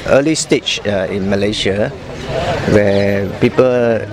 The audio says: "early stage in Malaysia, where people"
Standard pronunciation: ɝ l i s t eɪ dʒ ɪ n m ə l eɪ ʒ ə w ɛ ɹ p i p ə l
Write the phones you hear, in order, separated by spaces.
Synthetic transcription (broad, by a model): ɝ l i s t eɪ tʃ ɪ n m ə l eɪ ʃ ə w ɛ p i p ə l